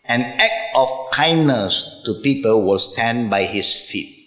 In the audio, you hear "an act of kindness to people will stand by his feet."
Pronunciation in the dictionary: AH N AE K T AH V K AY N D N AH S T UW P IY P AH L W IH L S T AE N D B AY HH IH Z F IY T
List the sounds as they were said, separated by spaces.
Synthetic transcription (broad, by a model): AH N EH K AH F K AY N N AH S T UW P IY P AH L W IH L S T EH N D B AY HH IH S F IY T